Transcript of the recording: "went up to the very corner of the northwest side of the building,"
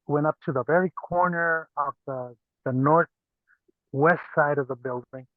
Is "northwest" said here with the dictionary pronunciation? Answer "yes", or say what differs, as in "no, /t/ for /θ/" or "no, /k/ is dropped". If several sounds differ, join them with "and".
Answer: yes